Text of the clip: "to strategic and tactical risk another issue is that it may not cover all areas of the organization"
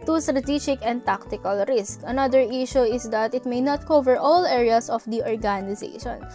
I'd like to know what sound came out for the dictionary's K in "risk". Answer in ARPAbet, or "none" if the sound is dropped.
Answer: K